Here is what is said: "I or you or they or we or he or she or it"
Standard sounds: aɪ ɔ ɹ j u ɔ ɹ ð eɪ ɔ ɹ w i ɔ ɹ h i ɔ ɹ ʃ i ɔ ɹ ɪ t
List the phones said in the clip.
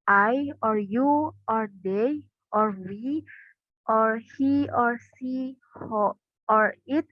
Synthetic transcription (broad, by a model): aɪ ɔ ɹ j u ɔ ɹ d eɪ ɔ ɹ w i ɔ ɹ h i ɔ ɹ s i ɔ ɹ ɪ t